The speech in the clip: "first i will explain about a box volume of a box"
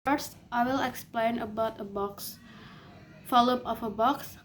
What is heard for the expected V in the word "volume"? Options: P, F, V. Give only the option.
F